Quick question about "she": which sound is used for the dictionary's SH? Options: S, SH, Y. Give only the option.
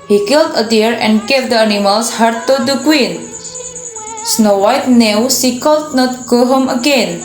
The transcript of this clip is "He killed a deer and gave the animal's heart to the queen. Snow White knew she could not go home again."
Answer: S